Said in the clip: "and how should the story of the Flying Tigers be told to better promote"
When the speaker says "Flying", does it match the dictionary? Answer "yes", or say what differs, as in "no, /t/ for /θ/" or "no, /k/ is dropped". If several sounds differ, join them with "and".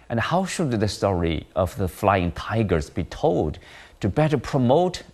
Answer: yes